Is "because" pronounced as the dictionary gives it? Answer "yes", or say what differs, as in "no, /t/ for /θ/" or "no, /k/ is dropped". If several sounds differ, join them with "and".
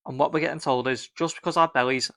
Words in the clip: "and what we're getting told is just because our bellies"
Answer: yes